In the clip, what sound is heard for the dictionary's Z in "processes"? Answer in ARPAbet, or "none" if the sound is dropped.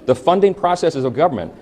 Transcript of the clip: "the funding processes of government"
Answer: Z